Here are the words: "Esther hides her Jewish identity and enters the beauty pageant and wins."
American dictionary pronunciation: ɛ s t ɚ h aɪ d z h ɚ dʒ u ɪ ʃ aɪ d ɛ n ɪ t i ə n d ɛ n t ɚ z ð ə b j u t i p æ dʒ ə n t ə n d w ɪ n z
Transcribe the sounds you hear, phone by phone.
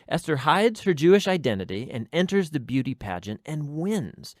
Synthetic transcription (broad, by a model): ɛ s t ɚ h aɪ d z h ɚ dʒ u ɪ ʃ aɪ d ɛ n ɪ t i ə n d ɛ n t ɚ z ð ə b j u t i p æ dʒ ə n t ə n w ɪ n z